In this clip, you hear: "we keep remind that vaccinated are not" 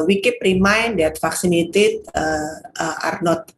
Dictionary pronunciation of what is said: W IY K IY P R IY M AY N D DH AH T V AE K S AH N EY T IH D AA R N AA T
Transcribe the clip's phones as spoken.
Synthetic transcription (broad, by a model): W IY K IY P R IY M AY N D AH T F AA K S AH N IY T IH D AA R N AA T